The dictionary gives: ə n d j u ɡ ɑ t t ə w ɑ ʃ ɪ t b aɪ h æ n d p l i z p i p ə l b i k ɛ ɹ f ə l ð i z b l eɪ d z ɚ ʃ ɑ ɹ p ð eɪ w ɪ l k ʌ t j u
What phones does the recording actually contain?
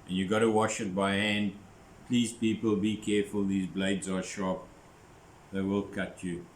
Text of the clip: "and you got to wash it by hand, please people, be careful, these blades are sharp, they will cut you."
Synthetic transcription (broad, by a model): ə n j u ɡ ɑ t t ə w ɑ ʃ ɪ t b aɪ h æ n d p l i z p i p ə l b i k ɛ f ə l ð i z b l eɪ d z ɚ ʃ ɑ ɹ p ð eɪ w ɪ l k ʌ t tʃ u